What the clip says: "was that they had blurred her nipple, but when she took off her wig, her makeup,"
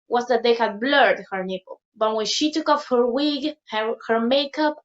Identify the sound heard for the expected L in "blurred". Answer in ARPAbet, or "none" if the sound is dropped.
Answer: L